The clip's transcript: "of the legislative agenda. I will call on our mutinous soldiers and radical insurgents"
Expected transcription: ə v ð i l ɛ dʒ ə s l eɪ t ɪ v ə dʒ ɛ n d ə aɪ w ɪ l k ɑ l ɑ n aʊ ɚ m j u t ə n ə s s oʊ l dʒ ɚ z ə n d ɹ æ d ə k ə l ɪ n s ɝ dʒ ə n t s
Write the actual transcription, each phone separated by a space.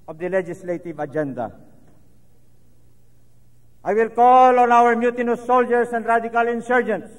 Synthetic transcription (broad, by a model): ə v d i l ɛ dʒ ə s l eɪ t ɪ v ə dʒ ɛ n d ə aɪ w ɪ l k ɑ l ɑ n aʊ ɚ m j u t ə n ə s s oʊ l dʒ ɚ s ə n d ɹ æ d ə k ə l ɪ n s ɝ dʒ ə n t s